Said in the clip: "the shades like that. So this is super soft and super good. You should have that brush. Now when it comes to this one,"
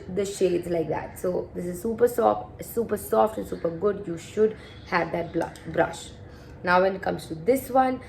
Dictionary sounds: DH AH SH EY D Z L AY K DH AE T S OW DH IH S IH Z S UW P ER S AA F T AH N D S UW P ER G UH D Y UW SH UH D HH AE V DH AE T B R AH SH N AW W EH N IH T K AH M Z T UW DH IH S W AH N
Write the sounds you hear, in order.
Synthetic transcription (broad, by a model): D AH SH EY D Z L AY K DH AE T S OW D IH S IH Z S UW P ER S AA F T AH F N S UW P ER G UH D Y UW SH UH D HH AE V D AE T B R AH SH N AW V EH N IH T K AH M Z T UW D IH S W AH N